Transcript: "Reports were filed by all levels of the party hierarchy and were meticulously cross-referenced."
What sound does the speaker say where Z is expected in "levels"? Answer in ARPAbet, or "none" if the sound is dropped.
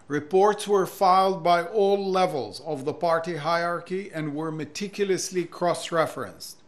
Z